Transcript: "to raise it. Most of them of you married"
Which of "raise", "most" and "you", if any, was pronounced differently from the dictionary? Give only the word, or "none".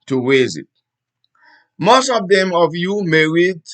raise